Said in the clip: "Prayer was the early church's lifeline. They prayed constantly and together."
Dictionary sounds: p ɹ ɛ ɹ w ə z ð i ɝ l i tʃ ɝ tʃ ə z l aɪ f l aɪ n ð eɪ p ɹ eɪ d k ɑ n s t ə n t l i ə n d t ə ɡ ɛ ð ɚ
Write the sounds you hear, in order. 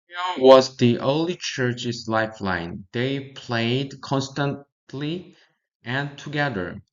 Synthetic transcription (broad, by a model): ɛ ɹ w ə z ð i ɝ l i tʃ ɝ tʃ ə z l aɪ f l aɪ n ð eɪ p l eɪ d k ɑ n s t ə n t l i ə n t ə ɡ ɛ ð ɚ